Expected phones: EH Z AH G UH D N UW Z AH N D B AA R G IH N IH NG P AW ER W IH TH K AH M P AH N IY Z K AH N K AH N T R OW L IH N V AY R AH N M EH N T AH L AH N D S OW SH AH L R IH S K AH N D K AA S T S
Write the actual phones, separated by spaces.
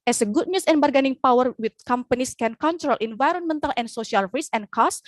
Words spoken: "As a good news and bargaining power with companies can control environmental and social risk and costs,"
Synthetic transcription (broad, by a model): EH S AH G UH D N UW S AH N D B AA R G IH N IH NG P AW ER W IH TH K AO M P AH N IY S K AH N K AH N T R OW L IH N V AY R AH N M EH N T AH L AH N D S OW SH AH L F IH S AH N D K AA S S